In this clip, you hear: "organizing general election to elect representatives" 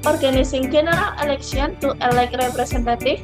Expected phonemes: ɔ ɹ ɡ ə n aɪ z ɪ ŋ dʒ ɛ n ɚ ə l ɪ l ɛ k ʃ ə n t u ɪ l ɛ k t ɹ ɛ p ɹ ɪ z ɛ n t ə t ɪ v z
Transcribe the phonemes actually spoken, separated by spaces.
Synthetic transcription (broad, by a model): ɔ ɹ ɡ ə n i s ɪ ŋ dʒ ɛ n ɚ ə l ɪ l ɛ k s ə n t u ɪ l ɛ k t ɹ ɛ p ɹ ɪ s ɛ n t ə t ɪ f